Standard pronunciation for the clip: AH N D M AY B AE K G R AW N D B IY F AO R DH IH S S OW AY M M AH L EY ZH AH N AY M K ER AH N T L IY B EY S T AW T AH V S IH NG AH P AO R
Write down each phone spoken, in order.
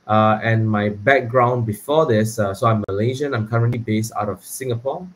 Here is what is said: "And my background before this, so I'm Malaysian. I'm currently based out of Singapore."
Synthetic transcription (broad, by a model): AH N M AY B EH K G R AW N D B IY F AO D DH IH S S OW AY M M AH L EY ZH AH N AY M K ER AH N T L IY B EY S T AW T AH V S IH NG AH P AO